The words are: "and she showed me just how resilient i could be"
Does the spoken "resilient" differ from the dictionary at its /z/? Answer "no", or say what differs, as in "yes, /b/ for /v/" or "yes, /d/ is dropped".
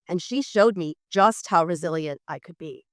no